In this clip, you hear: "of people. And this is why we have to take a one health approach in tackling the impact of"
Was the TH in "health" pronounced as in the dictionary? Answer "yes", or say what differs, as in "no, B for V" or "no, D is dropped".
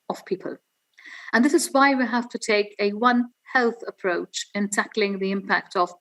yes